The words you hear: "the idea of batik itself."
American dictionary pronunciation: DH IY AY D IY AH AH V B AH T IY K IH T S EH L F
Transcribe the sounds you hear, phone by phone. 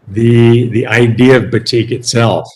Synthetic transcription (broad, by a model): DH IY AY D IY AH AH V B AH T IY K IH T S EH L F